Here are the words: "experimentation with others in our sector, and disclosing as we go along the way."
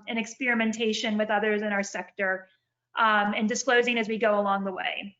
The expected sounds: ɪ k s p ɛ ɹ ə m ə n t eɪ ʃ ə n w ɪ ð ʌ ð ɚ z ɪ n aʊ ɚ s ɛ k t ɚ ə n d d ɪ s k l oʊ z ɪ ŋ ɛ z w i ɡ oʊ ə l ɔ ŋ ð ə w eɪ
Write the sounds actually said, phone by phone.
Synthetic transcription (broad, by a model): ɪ k s p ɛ ɹ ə m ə n t eɪ ʃ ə n w ɪ ð ʌ ð ɚ z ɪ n aʊ ɚ s ɛ k t ɚ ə n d d ɪ s k l oʊ z ɪ ŋ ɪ z w i ɡ oʊ ə l ɔ ŋ ð ə w eɪ